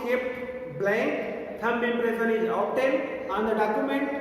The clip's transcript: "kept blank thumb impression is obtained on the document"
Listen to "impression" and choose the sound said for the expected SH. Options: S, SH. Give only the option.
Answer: S